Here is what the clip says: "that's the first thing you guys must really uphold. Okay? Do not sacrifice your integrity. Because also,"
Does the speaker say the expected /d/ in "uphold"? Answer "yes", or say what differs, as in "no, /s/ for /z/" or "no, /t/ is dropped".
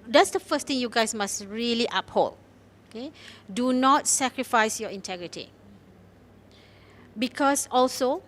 no, /d/ is dropped